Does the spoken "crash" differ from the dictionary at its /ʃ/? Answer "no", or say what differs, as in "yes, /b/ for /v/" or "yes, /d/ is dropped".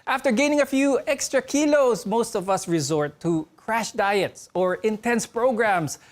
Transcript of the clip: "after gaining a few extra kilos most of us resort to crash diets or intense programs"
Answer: no